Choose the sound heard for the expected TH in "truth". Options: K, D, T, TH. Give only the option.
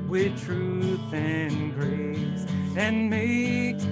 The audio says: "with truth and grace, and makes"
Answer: TH